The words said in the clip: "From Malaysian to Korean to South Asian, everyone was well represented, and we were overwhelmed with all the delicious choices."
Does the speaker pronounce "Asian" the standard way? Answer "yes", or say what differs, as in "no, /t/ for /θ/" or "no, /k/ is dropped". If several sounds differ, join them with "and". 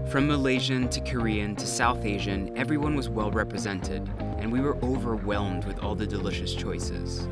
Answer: yes